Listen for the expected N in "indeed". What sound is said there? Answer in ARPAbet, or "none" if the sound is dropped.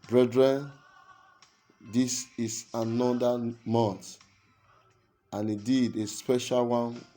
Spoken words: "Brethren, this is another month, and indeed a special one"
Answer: none